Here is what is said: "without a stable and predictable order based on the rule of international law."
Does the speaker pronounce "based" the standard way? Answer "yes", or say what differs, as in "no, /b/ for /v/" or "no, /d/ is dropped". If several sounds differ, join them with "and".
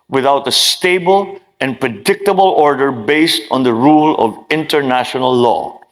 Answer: yes